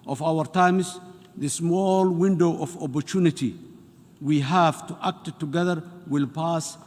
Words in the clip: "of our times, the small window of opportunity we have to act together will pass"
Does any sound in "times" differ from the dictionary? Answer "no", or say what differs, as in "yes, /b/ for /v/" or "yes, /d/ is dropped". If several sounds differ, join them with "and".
yes, /s/ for /z/